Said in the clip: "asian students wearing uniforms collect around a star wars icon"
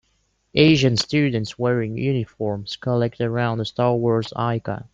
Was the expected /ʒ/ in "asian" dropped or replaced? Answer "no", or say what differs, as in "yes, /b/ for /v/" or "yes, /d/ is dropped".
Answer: no